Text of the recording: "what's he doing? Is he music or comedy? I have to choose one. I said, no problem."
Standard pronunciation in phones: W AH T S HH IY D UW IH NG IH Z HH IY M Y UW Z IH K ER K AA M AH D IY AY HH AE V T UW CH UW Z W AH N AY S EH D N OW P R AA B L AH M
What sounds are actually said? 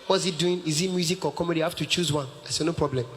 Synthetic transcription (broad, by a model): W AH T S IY D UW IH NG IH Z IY M Y UW Z IH K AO K AA M AH D IY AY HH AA F T UW CH UW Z W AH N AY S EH N OW P R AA B L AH M